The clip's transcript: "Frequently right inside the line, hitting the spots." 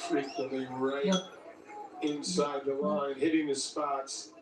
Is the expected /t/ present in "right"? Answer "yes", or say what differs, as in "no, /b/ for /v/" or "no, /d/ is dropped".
no, /t/ is dropped